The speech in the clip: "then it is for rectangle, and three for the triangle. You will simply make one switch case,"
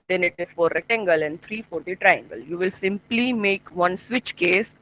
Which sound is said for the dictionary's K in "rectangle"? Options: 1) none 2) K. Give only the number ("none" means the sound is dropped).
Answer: 1